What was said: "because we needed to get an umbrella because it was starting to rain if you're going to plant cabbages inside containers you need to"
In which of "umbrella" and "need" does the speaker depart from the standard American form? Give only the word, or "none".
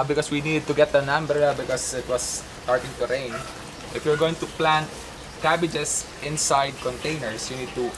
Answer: umbrella